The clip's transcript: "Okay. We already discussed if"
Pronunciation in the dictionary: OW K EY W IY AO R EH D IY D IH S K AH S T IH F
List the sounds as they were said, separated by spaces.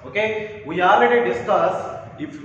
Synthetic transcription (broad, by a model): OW K EY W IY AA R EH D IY D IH S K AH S IH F